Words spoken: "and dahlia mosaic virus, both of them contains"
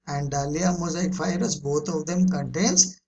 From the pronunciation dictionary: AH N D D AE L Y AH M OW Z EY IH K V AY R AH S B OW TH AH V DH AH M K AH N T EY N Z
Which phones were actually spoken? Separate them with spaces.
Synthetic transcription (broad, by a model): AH N D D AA L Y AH M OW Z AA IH K F AY R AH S B OW T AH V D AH M K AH N T EY N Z